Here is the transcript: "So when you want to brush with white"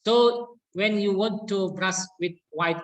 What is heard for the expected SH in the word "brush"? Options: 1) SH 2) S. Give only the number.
2